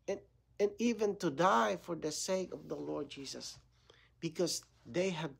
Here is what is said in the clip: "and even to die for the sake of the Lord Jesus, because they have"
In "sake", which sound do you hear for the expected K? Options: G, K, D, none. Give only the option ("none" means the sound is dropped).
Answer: K